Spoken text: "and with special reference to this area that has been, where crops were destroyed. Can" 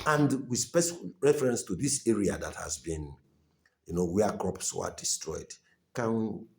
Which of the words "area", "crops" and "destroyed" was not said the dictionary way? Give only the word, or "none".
none